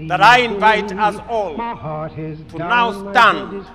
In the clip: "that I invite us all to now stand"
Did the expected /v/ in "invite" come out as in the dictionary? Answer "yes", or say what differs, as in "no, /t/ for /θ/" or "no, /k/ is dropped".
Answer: yes